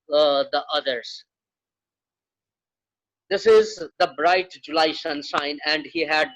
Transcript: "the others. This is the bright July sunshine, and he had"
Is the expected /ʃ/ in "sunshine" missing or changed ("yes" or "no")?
yes